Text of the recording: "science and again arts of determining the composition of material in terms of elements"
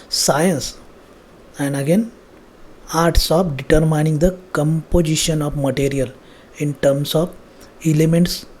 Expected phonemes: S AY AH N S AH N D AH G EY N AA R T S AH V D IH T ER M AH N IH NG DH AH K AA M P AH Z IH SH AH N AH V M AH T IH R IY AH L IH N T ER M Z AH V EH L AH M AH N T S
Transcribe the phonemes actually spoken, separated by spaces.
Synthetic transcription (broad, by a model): S AY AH N S AH N D AH G EY N AA R T S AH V D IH T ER M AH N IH NG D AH K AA M P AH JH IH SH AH N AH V M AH T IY R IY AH L IH N T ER M S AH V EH L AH M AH N T S